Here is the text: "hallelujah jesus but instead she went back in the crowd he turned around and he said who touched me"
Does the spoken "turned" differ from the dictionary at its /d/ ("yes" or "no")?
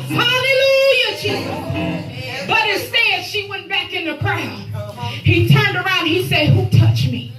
no